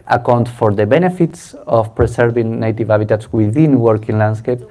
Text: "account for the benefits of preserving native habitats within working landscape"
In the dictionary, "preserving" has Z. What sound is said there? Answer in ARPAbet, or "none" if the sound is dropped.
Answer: S